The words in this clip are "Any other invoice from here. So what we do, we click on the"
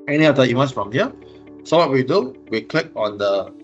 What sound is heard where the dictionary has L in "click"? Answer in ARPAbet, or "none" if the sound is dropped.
L